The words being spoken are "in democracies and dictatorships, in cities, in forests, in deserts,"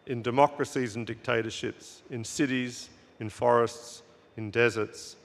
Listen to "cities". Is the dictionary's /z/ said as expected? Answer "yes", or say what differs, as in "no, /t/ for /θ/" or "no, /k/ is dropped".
yes